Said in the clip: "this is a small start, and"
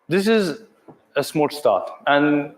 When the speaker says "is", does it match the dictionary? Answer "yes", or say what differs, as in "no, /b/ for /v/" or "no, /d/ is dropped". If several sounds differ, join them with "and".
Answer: yes